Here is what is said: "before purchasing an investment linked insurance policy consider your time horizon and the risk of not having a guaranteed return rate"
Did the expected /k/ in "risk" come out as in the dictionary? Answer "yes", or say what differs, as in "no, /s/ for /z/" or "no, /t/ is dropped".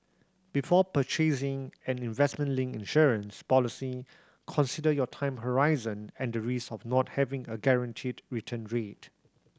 no, /k/ is dropped